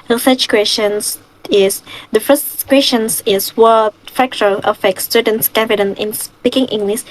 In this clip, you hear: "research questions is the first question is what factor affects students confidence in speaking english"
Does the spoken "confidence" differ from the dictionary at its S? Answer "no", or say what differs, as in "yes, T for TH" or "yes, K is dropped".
yes, S is dropped